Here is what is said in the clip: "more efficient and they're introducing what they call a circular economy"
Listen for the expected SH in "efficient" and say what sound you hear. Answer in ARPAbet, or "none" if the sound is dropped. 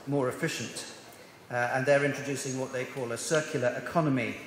SH